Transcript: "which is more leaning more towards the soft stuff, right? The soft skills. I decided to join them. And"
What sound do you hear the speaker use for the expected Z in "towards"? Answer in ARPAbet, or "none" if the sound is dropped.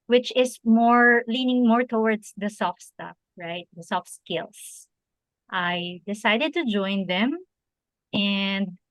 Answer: S